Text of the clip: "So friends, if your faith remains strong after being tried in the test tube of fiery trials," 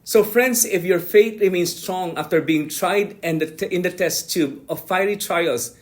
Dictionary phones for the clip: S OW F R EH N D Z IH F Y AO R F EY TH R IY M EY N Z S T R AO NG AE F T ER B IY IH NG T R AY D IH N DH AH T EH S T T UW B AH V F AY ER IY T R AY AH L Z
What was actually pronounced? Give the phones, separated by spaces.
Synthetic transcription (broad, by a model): S OW F R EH N D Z IH F Y AO R F EY T R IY M EY N S T R AO NG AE F T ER B IY IH NG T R AY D IH N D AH T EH S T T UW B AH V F AY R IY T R AY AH L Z